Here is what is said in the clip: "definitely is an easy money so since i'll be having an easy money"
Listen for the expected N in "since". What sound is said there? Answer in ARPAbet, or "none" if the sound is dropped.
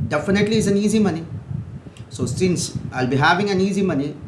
N